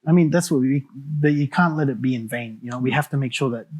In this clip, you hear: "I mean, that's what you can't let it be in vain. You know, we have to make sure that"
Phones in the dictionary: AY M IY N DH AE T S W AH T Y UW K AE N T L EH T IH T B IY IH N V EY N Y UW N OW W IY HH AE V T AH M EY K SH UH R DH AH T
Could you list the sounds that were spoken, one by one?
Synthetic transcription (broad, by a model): AY M IY N DH AE T S W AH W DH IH K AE N T L EH T IH T B IY IH N V EY N Y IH N OW W IY HH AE F T AH M EY K SH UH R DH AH T